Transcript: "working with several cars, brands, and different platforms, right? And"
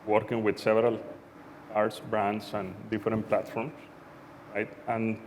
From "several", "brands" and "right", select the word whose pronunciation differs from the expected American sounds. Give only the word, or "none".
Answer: brands